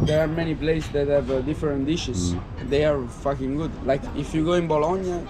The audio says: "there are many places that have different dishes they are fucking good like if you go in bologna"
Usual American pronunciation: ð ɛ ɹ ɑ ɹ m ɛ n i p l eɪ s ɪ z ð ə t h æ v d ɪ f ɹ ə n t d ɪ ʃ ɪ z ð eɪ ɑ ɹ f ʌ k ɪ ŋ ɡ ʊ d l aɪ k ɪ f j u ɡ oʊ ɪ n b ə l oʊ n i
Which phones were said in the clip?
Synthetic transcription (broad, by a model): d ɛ ɹ ɑ ɹ m ɛ n i p l eɪ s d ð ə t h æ v d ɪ f ɹ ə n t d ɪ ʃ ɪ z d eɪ ɑ ɹ f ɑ k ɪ ŋ ɡ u d l aɪ k ɪ f j u ɡ oʊ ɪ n b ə l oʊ n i